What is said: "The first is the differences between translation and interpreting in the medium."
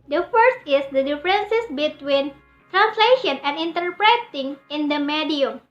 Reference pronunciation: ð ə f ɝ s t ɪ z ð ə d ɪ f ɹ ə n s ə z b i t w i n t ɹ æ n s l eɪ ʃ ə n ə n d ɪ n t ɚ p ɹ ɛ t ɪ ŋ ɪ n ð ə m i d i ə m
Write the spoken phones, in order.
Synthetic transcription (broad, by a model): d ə f ɝ s t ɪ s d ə d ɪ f ɹ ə n s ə s b i t w i n t ɹ æ n s l eɪ ʃ ə n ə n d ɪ n t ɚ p ɹ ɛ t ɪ ŋ ɪ n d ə m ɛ d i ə m